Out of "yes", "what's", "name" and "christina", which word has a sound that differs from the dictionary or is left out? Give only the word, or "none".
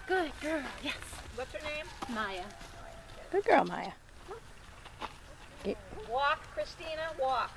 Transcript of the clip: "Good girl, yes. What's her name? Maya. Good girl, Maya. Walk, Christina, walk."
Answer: none